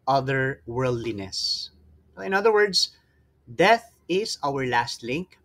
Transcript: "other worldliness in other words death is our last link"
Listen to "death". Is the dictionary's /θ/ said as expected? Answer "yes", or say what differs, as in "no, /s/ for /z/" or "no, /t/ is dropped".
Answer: yes